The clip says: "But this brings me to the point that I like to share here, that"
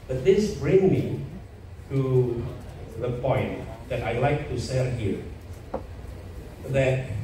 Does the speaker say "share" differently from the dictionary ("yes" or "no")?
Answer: yes